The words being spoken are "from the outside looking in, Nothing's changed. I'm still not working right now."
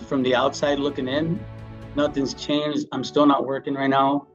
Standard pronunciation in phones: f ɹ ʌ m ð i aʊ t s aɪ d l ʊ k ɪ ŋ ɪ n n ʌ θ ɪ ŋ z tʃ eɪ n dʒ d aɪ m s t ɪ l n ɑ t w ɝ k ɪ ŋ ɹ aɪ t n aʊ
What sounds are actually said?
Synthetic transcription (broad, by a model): f ɹ ʌ m ð i aʊ t s aɪ d l ʊ k ɪ ŋ ɪ n n ʌ θ ɪ ŋ z tʃ eɪ n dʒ aɪ m s t ɪ l n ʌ t w ɝ k ɪ ŋ ɹ aɪ t n aʊ